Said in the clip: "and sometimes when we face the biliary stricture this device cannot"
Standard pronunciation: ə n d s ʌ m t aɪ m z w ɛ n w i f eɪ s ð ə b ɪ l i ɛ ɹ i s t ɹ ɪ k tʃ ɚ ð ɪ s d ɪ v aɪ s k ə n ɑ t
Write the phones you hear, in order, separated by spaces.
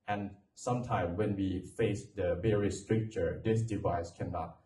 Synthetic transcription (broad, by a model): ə n s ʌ m t aɪ m w ɛ n w i f eɪ s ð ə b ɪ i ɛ ɹ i s t ɹ ɪ k tʃ ɚ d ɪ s d ɪ v aɪ s k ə n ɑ t